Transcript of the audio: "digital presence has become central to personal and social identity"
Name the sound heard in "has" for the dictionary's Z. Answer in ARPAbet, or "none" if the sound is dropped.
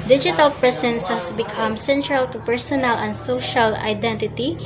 S